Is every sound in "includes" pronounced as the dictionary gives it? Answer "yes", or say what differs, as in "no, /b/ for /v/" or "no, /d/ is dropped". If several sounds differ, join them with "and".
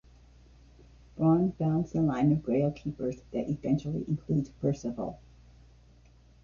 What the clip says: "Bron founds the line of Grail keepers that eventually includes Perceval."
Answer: no, /z/ is dropped